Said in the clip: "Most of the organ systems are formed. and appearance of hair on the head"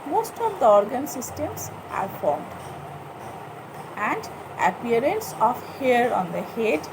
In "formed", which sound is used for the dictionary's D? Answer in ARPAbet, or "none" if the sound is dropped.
D